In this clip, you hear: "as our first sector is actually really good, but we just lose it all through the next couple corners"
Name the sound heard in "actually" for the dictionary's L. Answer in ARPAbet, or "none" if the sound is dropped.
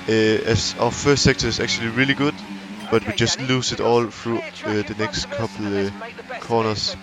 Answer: L